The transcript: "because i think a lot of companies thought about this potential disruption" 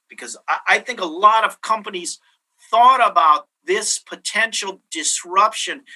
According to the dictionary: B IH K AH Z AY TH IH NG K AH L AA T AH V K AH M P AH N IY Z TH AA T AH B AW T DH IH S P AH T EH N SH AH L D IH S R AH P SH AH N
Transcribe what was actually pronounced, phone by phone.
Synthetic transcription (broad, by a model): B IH K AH Z AY TH IH NG K AH L AA T AH V K AH M P AH N IY Z TH AA T AH B AW T DH IH S P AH T EH N SH L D IH S R AH P SH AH N